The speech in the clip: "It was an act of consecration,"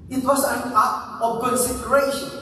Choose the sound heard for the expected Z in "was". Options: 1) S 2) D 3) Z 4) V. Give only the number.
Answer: 1